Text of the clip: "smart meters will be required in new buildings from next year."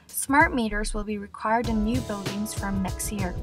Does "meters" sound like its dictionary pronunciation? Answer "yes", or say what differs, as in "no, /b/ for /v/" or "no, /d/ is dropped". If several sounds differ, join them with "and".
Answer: yes